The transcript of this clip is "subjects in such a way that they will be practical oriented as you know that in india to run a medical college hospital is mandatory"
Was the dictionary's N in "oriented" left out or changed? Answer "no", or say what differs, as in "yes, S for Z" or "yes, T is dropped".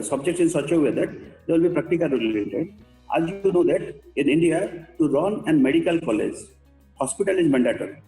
yes, N is dropped